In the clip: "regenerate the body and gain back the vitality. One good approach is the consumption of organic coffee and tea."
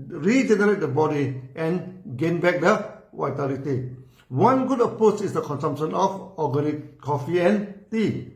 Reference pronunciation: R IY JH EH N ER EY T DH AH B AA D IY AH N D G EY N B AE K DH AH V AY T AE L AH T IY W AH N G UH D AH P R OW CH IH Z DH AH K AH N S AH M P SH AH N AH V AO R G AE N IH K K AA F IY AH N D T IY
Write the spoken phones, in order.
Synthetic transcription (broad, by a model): R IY JH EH N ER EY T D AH B AA D IY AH N G EY N B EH K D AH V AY T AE L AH T IY W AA N G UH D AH P OW S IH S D AH K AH N S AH M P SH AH N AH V AO G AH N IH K K AA F IY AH N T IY